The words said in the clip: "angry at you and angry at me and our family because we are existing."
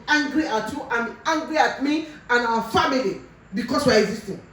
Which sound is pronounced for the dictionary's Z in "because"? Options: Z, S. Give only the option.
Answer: S